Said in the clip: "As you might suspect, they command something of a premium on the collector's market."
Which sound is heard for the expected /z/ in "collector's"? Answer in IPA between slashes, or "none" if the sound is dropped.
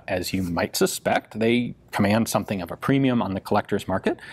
/z/